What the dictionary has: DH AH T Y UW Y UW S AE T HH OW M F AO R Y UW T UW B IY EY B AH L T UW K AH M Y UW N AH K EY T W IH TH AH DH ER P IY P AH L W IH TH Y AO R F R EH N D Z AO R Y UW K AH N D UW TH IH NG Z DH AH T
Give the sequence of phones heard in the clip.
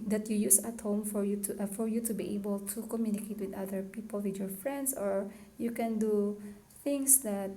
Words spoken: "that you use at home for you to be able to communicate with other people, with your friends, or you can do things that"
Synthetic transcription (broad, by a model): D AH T Y UW Y UW S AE T HH OW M F AO R Y UW T UW B IY EY B AH L T UW K AH M Y UW N AH K EY T W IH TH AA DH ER P IY P AH L W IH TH Y AO R F R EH N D S AO R Y UW K AH N D UW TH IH NG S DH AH T